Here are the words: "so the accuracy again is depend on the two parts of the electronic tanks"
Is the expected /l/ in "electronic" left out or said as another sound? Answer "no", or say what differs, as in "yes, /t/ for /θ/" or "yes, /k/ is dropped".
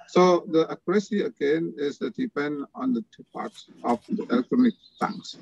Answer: no